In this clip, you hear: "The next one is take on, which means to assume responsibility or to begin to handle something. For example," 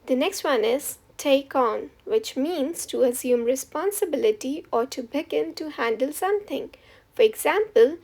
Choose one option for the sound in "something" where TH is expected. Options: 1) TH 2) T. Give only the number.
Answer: 2